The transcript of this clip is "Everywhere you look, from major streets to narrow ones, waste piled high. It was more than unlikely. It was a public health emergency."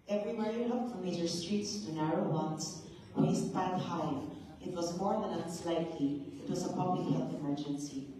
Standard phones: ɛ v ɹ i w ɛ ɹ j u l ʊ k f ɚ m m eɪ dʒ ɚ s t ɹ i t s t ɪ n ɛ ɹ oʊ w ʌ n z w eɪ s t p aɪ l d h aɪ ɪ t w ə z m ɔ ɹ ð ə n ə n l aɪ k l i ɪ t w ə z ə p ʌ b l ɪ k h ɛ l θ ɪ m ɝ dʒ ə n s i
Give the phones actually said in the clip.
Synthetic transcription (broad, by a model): ɛ v ɹ i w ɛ ɹ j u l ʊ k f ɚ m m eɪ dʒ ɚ s t ɹ i t s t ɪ n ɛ ɹ oʊ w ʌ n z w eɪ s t b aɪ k h aɪ ɪ t w ə z m ɔ ɹ ð ə n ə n l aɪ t l i ɪ t w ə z ə p ʌ b l ɪ k h ɛ l θ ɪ m ɝ dʒ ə n s i